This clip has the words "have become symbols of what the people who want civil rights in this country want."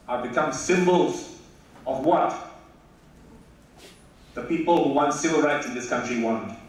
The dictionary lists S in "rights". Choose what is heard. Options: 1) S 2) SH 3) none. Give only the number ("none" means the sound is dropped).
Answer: 3